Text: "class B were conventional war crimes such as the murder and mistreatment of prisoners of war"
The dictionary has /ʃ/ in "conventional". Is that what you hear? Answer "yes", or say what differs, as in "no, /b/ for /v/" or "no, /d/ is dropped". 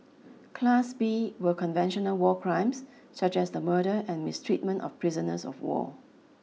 yes